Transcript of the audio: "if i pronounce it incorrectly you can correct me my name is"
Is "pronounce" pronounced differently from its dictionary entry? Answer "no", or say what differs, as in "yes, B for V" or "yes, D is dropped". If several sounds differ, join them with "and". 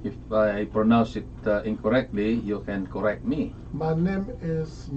no